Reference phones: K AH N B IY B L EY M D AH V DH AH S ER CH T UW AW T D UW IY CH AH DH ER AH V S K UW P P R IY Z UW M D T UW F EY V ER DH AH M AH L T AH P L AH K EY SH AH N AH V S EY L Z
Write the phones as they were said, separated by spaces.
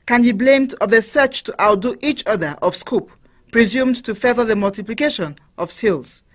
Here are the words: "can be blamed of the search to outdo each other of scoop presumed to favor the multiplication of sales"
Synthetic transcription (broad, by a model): K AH N B IY B L EY M D AH V DH AH S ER CH T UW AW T D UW IY CH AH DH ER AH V S K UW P P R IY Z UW M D T UW F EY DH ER DH AH M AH L T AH P L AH K EY SH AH N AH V S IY L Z